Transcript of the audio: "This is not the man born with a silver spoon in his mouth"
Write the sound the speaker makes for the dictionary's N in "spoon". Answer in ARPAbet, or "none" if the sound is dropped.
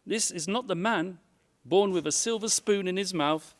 N